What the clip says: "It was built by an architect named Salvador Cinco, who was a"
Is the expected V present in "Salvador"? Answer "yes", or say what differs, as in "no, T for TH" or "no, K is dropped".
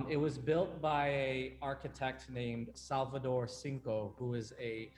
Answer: yes